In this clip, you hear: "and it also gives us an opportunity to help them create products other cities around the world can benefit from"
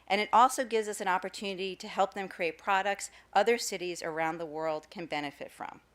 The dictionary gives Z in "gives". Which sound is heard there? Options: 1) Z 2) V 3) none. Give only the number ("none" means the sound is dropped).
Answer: 1